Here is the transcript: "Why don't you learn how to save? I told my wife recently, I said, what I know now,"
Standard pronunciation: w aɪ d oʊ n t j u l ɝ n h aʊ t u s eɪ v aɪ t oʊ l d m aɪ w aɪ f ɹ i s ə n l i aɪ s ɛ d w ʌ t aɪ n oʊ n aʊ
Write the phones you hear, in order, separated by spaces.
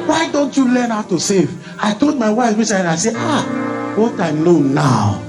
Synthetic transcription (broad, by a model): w aɪ d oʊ n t j u l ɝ n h aʊ t u s eɪ v aɪ t oʊ l d m aɪ w aɪ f w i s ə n i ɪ s ɛ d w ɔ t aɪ l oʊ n aʊ